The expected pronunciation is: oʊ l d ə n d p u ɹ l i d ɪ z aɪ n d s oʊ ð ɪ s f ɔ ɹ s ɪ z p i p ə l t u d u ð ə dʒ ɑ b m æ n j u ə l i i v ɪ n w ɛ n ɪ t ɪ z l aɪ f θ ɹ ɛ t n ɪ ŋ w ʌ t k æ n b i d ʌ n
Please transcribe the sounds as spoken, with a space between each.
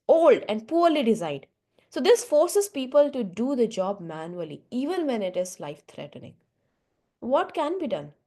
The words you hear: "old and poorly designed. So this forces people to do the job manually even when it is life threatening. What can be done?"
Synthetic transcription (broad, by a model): oʊ l d ə n d p u ɹ l i d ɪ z aɪ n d s oʊ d ɪ s f ɔ ɹ s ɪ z p i p ə l t u d u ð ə dʒ ɑ b m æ n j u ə l i i v ɪ n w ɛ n ɪ t ɪ z l aɪ f t ɹ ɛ t n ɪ ŋ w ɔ t k æ n b i d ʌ n